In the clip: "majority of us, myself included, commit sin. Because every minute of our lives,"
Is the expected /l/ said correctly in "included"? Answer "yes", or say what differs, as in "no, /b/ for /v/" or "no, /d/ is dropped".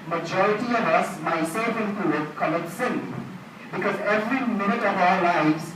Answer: no, /l/ is dropped